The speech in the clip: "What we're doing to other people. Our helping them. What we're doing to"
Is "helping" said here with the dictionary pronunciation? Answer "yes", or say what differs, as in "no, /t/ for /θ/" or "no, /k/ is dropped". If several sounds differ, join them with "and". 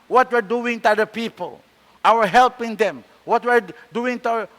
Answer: yes